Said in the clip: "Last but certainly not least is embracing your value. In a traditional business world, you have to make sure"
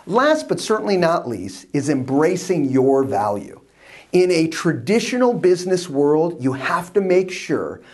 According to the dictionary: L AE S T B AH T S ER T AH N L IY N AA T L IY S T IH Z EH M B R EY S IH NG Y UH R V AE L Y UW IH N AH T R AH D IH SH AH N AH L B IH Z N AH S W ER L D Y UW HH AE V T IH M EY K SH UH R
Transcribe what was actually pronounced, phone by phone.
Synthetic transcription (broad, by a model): L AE S T B AH T S ER T N L IY N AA T L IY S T IH Z EH M B R EY S IH NG Y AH R V AE L Y UW IH N AH T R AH D IH SH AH N L B IH Z N AH S W ER L D Y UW HH AE F T IH M EY K SH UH R